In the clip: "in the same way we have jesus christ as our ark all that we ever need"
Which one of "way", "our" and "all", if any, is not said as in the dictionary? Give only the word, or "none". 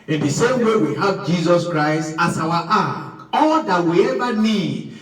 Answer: our